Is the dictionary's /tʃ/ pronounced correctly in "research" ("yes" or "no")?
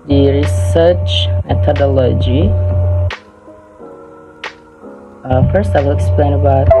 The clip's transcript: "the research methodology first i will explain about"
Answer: yes